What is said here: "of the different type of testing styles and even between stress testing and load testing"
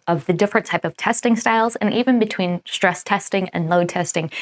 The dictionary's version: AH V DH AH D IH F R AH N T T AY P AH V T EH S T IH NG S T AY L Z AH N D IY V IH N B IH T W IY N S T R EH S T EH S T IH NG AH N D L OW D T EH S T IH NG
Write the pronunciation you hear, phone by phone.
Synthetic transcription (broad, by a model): AH V DH AH D IH F R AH N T T AY P AH V T EH S T IH NG S T AY L Z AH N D IY V IH N B IH T W IY N S T R EH S T EH S T IH NG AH N L OW D T EH S T IH NG